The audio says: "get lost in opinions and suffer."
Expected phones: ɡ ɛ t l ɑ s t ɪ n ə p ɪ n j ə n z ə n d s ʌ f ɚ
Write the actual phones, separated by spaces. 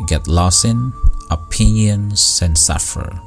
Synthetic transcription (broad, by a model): ɡ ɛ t l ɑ s ɪ n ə p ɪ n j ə n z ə n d s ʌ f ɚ